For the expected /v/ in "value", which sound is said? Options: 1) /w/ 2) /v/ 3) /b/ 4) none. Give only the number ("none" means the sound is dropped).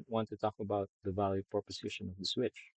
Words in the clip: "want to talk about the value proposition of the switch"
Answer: 2